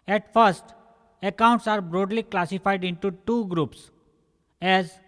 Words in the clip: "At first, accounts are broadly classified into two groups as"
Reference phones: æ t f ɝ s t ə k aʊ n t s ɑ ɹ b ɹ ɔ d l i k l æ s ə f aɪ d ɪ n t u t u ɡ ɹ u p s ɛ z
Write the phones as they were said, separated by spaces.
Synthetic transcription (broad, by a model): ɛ t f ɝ s t ə k aʊ n t s ɑ ɹ b ɹ ɔ d l i k l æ s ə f aɪ d ɪ n t u t u ɡ ɹ u p s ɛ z